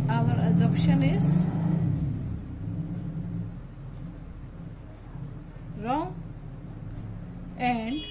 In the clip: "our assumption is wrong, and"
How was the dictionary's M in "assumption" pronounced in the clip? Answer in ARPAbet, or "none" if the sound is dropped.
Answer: none